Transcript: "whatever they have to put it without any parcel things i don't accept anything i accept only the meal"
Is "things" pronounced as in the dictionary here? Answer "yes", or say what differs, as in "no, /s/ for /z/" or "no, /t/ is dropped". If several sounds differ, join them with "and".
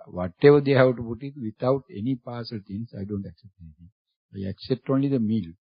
no, /t/ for /θ/ and /s/ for /z/